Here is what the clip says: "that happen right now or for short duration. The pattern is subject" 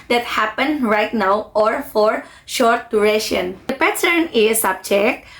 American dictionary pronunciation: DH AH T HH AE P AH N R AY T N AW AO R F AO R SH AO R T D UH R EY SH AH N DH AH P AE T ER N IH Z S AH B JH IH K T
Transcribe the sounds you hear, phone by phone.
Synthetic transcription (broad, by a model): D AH T HH AE P AH N R AY T N AW AO R F AO R SH AO R T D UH R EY SH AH N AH P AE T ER N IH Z S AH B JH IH K T